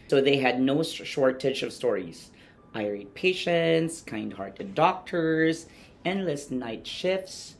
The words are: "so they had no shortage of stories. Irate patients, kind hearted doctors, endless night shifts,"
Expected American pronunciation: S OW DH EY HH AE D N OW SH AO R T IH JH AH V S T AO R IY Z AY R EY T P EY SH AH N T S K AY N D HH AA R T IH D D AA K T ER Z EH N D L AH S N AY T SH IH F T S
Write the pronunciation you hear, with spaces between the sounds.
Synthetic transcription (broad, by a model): S OW DH EY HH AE D N OW SH AO R T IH CH AH V S T AO R IY Z AY R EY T P EY SH AH N T S K AY N D HH AA R T IH D D AA K T ER Z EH N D L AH S N AY T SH IH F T S